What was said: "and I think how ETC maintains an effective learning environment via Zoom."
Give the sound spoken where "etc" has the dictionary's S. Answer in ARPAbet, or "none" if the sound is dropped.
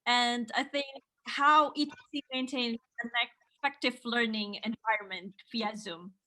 none